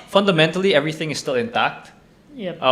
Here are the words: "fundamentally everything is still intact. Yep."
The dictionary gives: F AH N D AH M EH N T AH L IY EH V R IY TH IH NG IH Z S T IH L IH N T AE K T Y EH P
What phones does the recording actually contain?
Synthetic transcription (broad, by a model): F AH N D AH M EH N T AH L IY EH V R IY TH IH NG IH S T IH L IH N T AE K T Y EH